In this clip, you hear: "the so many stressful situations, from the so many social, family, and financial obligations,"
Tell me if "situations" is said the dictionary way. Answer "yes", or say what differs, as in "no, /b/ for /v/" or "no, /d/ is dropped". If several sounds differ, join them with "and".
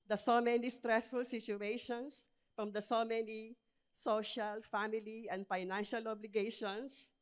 no, /s/ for /z/